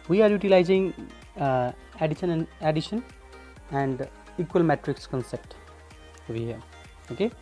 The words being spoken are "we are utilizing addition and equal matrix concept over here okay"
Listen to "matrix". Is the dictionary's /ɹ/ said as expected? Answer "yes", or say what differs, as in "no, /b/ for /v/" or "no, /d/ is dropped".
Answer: yes